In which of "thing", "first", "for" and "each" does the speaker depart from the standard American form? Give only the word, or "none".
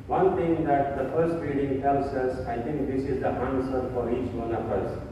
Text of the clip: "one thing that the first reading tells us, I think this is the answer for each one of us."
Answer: thing